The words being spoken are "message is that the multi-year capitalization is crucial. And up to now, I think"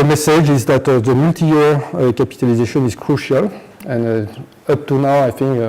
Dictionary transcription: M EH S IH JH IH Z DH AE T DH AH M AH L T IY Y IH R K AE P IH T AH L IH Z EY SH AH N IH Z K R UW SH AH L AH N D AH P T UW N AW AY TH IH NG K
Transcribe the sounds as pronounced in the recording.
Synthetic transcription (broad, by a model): M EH S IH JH IH Z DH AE T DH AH M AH L T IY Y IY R K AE P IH T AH L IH Z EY SH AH N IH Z K R UW SH AH L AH N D AH P T UW N AW AY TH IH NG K